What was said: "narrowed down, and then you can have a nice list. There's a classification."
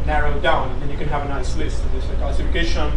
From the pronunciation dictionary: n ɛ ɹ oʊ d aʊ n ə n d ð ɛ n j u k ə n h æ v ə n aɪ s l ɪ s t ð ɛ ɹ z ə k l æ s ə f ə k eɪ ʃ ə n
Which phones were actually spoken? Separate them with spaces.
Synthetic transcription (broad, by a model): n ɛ ɹ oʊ d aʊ ə n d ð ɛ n j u k ə n h æ v ə n aɪ s l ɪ s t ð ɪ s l ə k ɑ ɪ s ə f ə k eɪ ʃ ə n